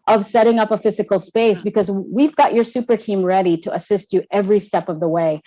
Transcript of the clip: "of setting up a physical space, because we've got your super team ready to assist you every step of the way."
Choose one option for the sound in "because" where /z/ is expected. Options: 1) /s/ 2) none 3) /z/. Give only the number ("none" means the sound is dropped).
3